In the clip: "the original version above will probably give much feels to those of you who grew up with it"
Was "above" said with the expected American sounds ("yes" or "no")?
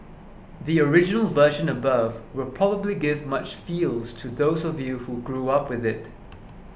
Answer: yes